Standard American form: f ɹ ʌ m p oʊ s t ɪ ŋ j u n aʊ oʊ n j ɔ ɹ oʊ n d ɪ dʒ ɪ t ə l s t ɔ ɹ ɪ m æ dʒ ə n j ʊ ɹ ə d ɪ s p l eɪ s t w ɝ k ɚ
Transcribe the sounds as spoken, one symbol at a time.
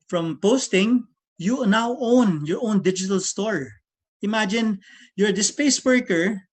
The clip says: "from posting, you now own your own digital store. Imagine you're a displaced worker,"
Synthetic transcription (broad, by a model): f ɹ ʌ m p oʊ s t ɪ ŋ j u n aʊ oʊ n j ɔ ɹ oʊ n d ɪ dʒ ɪ t ə l s t ɔ ɹ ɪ m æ dʒ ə n j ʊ ɹ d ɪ s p eɪ s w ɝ k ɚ